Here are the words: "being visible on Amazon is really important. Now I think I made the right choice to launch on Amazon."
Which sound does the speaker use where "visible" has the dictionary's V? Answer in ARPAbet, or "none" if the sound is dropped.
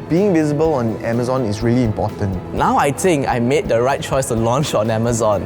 V